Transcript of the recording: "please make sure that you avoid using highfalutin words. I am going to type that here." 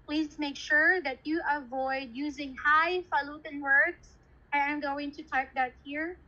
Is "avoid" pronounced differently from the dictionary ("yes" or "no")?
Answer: no